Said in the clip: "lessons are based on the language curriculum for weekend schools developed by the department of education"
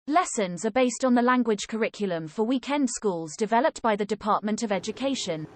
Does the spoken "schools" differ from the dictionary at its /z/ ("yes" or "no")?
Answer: no